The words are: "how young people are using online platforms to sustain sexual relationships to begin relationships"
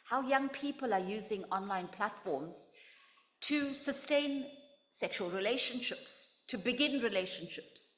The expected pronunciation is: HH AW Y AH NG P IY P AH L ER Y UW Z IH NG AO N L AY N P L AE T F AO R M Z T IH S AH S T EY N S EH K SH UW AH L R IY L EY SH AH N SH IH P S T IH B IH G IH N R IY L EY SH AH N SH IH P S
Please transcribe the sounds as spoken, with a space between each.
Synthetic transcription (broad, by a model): HH AW Y AH NG P IY P AH L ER Y UW Z IH NG AO N L AY N P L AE T F AO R M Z T IH S AH S T EY N S EH K SH UW AH L R IY L EY SH AH N SH IH P S T IH B IH G IH N R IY L EY SH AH N SH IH P S